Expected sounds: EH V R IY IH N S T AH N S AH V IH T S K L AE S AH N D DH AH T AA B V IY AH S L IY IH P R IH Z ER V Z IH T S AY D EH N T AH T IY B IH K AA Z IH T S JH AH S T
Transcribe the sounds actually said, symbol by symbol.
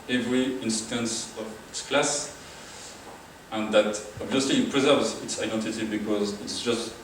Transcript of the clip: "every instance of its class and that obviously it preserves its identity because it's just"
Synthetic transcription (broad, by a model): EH V R IY IH N S T AH N S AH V IH T S K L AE S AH N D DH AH T AA B V IY AH S L IY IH P R IH Z ER V Z IH T S AY D EH N T AH T IY B IH K AA Z IH T S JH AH S T